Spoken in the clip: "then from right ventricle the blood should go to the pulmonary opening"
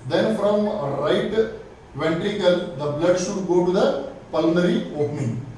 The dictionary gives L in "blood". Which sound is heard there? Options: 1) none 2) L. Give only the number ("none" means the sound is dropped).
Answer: 2